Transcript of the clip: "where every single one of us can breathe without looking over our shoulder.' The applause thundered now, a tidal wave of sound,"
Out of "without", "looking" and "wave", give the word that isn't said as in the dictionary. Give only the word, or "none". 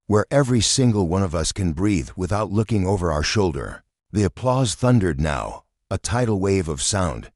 none